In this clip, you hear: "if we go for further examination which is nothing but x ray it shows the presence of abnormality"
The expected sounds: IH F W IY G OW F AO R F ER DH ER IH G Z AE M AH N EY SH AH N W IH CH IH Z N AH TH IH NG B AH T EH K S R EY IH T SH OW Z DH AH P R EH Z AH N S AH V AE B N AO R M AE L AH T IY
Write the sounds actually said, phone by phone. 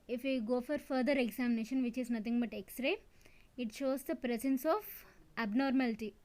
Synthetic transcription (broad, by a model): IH F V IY G OW F AO R F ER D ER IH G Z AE M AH N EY SH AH N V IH CH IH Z N AH T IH NG B AH T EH K S R EY IH T SH OW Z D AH P R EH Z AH N S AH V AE B N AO R M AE L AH T IY